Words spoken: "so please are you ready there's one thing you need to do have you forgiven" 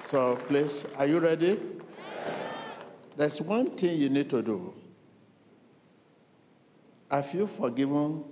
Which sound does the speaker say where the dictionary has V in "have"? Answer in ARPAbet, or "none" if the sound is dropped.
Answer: F